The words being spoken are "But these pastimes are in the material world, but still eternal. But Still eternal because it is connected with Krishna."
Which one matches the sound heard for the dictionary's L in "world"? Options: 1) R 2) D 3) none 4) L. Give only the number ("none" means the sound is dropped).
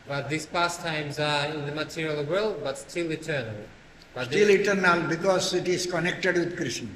4